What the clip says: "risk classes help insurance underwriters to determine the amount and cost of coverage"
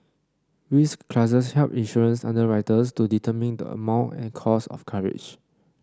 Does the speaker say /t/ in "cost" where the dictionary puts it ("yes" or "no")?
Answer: no